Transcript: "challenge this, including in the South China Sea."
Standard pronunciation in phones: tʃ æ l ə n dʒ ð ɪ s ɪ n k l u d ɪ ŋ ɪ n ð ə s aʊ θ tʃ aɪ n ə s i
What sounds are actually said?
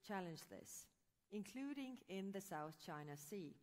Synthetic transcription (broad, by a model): tʃ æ l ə n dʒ ð ɪ s ɪ n k l u d ɪ ŋ ɪ n ð ə s aʊ θ tʃ aɪ n ə s i